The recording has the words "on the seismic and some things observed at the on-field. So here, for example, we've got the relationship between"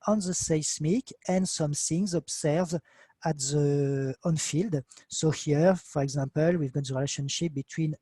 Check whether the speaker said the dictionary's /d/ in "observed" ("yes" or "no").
no